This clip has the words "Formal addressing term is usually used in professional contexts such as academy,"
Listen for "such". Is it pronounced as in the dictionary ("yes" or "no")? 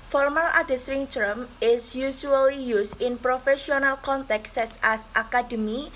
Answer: no